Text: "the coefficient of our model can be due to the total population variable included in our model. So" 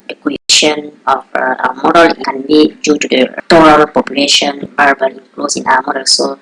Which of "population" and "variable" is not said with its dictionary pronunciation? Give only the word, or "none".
variable